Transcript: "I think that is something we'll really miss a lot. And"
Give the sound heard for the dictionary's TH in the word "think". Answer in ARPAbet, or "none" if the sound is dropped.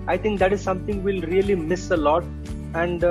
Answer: T